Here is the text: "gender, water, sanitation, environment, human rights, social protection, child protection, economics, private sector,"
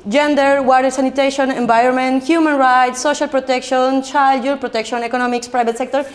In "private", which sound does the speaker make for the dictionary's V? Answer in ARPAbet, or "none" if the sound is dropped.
B